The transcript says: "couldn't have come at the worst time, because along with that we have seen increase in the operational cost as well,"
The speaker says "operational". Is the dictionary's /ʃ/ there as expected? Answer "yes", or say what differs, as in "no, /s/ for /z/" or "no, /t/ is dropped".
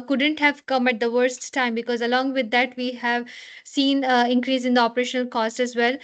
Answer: yes